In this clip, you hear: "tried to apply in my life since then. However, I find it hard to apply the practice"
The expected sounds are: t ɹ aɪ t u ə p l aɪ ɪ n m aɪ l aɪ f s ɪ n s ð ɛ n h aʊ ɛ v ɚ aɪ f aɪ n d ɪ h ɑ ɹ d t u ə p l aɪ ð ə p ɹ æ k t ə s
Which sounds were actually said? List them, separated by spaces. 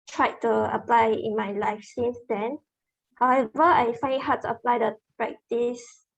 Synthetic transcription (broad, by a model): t ɹ aɪ t u ə p l aɪ ɪ n m aɪ l aɪ f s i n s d ɛ n h aʊ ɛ v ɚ aɪ f aɪ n ɪ h ɑ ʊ t u ə p l aɪ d ə p ɹ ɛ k t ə s